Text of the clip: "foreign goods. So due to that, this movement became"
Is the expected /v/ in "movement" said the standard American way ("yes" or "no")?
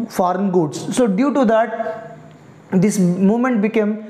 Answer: no